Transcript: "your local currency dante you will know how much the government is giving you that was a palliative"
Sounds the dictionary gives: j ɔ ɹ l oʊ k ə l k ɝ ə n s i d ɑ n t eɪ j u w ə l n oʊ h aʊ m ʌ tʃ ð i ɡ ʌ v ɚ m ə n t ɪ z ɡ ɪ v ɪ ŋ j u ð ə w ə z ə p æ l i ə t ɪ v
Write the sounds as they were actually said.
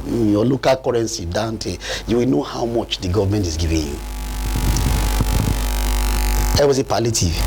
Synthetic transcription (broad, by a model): j ɔ l oʊ k ə l k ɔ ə n s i d ɑ n t eɪ j u w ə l n oʊ h aʊ m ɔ tʃ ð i ɡ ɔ v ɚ m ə n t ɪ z ɡ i v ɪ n j u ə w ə s ə p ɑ l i t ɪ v